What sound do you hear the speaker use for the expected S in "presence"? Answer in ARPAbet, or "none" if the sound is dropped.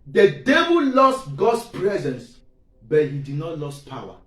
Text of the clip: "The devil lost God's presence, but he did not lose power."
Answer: S